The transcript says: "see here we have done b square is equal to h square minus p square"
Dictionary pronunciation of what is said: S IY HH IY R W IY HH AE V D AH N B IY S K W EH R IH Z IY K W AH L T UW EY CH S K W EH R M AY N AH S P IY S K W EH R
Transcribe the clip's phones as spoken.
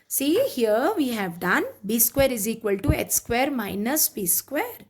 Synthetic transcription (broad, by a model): S IY HH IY R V IY HH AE V D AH N B IY S K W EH R IH Z IY K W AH L T UW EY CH S K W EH R M AY N AH S B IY S K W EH R